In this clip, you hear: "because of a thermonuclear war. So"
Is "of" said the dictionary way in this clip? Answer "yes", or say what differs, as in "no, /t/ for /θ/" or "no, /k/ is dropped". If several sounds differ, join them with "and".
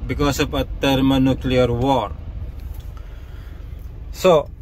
no, /p/ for /v/